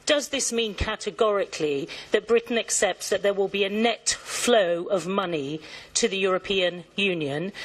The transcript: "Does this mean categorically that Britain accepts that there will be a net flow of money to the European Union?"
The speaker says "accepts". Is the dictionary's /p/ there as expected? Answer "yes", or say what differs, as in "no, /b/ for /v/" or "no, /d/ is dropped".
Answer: yes